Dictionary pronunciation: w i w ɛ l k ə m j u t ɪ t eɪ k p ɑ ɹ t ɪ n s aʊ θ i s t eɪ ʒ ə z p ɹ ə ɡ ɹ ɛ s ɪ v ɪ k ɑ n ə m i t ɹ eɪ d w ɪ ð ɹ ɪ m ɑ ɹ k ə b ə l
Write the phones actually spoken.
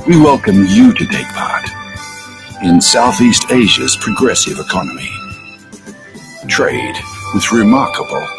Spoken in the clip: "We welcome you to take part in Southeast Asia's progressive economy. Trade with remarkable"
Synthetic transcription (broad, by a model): w i w ɛ l k ə m j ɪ t ɪ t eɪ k p ɑ ɹ t ɪ n s aʊ θ i s t eɪ ʒ ə z p ɹ ə ɡ ɹ ɛ s ɪ v ɪ k ɑ n ə m i t ɹ eɪ d w ɪ ð ɹ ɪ m ɑ ɹ k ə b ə l